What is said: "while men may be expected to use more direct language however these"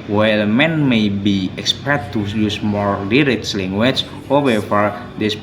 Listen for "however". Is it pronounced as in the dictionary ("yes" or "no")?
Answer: no